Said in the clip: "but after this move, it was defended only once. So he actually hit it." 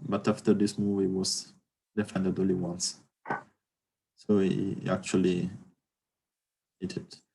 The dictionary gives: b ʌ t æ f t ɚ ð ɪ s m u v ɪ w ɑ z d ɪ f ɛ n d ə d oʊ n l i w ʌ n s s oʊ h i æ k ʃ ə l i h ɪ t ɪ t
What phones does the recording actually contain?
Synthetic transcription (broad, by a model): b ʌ t æ f t ɚ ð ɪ s m u v ɪ w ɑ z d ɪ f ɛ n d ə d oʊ l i w ʌ n s s oʊ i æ k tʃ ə l i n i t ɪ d